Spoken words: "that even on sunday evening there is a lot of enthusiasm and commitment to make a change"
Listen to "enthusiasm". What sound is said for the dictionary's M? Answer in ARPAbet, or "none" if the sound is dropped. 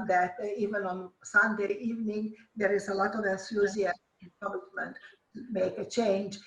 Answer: none